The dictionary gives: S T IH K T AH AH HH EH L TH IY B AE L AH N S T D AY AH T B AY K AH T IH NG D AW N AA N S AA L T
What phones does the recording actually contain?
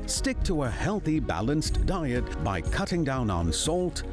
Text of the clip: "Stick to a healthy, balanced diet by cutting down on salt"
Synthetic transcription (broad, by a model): S T IH K T AH AH HH EH L TH IY B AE L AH N S D AY AH T B AY K AH T IH NG D AW N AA N S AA L T